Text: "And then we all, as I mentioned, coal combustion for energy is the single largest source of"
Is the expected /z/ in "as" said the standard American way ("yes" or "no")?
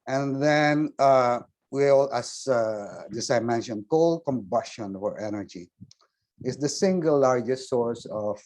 no